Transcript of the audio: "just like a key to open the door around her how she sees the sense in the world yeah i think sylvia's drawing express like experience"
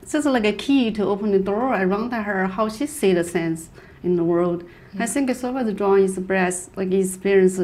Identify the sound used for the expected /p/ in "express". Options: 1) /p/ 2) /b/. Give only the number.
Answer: 2